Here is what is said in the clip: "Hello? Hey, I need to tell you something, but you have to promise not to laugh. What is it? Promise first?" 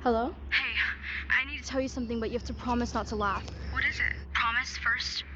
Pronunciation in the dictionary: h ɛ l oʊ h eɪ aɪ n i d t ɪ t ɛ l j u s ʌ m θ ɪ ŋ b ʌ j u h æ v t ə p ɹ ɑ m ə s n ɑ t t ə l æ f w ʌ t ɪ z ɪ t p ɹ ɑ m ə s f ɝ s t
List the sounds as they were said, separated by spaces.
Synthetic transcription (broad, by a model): h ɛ l oʊ h eɪ aɪ n i d t ɪ t ɛ l j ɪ s ʌ m θ ɪ ŋ b ʌ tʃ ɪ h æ f t ə p ɹ ɑ m ə s n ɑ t t ə l æ f w ʌ t ɪ z ɪ t p ɹ ɑ m ə s f ɝ s t